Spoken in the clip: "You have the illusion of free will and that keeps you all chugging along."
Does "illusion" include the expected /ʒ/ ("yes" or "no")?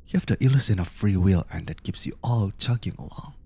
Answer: no